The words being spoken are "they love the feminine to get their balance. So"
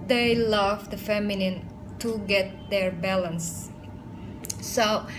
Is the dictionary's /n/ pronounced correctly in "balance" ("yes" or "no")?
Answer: yes